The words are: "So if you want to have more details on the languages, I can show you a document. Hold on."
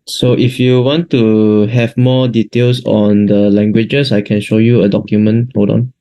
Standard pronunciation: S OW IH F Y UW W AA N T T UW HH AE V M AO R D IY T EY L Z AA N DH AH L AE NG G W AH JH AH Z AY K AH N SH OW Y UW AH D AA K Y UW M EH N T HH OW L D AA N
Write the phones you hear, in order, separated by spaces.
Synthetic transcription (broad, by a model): S OW IH F Y UW W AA N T T UW HH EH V M AO D IY T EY L S AA N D AH L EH NG G W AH JH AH S AY K AH N SH OW Y UW AH D AA K Y UW M EH N T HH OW D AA N